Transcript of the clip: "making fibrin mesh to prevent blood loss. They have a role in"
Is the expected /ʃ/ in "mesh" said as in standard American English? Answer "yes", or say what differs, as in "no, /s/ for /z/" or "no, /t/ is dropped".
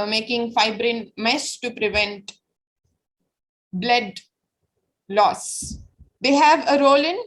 no, /s/ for /ʃ/